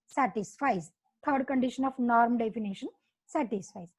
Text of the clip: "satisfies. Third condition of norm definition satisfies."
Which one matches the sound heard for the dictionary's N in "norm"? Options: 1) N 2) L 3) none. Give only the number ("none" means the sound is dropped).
1